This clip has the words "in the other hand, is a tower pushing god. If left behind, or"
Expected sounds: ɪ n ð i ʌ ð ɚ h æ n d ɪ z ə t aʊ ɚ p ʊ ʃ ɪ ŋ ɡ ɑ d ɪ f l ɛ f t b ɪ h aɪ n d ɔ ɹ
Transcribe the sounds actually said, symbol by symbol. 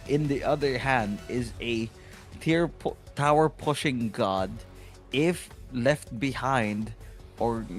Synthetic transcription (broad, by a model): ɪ n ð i ʌ ð ɚ h æ n d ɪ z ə t aʊ ɚ p ʊ ʃ ɪ ŋ ɡ ɑ d ɪ f l ɛ f t b ɪ h aɪ n d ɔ ɹ